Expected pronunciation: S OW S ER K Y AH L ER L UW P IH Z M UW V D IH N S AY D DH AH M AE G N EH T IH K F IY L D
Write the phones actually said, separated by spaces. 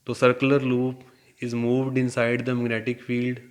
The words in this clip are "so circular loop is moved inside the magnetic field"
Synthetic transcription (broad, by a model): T OW S ER K Y AH L ER L UW P IH Z M UW V D IH N S AY D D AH M AE G N EH T IH K F IY L D